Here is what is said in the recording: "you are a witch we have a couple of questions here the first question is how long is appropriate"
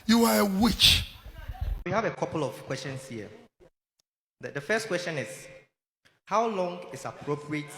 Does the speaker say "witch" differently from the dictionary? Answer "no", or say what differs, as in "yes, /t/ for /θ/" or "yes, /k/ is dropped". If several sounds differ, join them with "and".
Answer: no